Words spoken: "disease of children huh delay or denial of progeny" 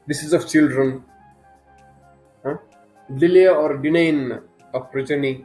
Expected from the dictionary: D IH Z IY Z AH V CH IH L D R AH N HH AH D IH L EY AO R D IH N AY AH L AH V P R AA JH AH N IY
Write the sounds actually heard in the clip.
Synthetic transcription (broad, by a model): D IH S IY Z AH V CH IH L D R AH N HH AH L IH L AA AO R D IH N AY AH N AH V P R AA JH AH N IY